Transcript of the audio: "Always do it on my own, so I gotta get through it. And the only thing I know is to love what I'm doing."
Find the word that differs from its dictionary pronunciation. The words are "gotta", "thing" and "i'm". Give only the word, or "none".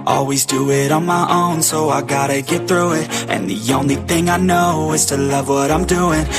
none